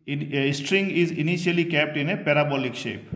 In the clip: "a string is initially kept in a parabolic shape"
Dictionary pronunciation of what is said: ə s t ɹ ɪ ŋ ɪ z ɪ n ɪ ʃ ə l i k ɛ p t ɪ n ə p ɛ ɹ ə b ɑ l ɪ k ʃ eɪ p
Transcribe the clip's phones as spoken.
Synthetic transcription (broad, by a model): s t ɹ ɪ ŋ ɪ z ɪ n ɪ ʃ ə l i k ɛ p t ɪ n ə p ɛ ɹ ə b ɑ l ɪ k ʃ eɪ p